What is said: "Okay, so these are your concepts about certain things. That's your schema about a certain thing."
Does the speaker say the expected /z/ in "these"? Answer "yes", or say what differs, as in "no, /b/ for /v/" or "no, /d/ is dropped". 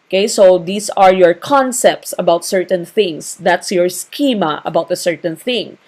no, /s/ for /z/